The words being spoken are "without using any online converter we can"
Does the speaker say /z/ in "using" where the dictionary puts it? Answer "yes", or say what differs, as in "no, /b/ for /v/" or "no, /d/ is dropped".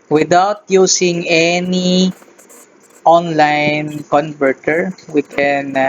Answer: no, /s/ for /z/